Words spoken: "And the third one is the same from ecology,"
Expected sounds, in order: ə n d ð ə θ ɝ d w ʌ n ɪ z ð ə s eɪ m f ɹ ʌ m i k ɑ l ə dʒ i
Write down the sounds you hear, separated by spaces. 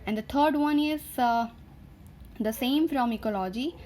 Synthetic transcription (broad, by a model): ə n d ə t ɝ d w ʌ n ɪ z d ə s eɪ m f ɹ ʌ m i k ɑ l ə dʒ i